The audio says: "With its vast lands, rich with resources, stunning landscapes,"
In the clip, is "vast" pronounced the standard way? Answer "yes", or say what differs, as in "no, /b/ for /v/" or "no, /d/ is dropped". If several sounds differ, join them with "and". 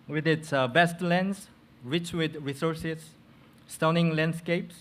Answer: no, /b/ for /v/